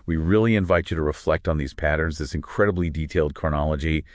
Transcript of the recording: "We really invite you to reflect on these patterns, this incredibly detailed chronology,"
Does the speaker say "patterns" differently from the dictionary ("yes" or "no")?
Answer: no